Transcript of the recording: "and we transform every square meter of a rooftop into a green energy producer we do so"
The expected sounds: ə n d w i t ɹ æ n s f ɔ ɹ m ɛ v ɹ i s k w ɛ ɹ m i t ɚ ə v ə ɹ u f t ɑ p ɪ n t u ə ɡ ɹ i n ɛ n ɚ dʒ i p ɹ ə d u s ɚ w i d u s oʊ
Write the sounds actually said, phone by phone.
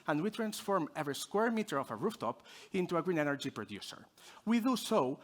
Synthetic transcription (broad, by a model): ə n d w i t ɹ æ n s f ɔ ɹ m ɛ v ɹ i s k w ɛ ɹ m i t ɚ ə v ə ɹ u f t ɑ p ɪ n t u ə ɡ ɹ i n ɛ n ɚ dʒ i p ɹ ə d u s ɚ w i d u s oʊ